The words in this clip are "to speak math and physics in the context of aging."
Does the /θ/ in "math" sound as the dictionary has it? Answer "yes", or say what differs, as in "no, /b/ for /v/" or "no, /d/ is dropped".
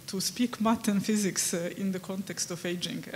no, /t/ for /θ/